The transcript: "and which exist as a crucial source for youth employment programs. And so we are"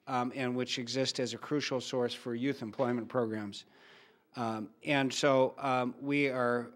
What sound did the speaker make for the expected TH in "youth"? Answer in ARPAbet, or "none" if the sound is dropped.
TH